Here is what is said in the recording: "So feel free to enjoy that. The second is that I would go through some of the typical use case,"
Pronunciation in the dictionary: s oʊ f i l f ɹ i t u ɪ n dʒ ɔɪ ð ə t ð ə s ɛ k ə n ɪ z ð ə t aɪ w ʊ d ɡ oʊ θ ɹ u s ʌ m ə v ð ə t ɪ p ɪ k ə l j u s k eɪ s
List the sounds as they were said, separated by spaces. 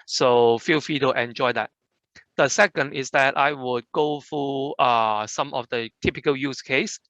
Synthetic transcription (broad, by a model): s oʊ f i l f i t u ɪ n dʒ ɔɪ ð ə t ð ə s ɛ k ə n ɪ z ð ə t aɪ w ʊ d ɡ oʊ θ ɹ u s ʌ m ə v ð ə t ɪ p ɪ k ə l j u s k eɪ s